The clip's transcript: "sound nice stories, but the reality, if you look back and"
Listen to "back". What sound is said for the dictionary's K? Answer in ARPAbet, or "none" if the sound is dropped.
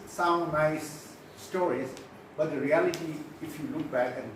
K